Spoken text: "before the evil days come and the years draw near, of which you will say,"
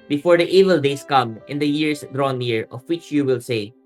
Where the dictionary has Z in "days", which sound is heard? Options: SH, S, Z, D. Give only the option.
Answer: S